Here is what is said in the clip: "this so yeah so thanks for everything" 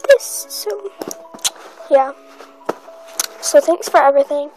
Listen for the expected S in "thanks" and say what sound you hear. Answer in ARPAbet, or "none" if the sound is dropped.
S